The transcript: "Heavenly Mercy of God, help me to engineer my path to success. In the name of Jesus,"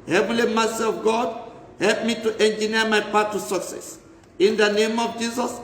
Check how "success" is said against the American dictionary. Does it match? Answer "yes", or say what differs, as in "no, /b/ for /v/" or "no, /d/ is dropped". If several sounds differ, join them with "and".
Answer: yes